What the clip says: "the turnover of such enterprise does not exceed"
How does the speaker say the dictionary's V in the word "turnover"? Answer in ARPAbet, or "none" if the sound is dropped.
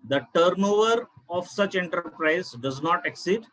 V